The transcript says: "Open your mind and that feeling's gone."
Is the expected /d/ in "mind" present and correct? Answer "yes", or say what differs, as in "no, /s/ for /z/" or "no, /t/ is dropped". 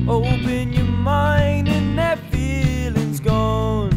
yes